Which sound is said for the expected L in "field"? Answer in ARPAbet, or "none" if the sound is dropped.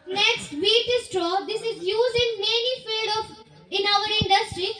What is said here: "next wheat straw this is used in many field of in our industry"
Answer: none